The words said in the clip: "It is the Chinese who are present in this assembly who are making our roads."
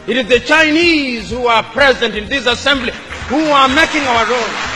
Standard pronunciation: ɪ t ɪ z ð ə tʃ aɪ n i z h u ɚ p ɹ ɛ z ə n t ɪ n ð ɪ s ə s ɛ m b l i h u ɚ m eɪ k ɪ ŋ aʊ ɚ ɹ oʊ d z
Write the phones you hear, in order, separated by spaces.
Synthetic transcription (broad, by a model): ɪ t ɪ z ð ə tʃ aɪ n i z h u ɚ p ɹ ɛ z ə n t ɪ n ð ɪ s ə s ɛ m b l i h u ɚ m eɪ k ɪ ŋ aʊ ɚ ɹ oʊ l